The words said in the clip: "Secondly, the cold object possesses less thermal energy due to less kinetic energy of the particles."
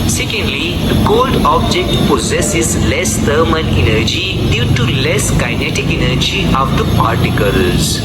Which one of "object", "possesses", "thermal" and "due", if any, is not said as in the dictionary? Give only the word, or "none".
thermal